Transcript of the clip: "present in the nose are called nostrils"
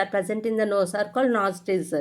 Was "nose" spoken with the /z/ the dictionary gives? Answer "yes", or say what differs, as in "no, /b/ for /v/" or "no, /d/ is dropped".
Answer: no, /s/ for /z/